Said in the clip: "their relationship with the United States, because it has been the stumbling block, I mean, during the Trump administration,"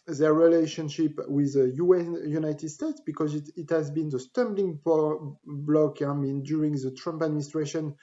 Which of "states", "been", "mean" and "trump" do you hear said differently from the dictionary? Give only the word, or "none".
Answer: none